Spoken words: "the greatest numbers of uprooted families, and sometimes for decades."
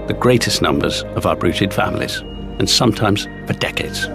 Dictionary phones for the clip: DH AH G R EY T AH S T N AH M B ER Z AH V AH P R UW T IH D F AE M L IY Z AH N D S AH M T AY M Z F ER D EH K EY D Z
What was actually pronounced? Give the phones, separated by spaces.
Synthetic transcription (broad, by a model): DH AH G R EY T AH S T N AH M B ER Z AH V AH B R UW T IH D F AE M L IY Z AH N S AH M T AY M Z P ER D EH K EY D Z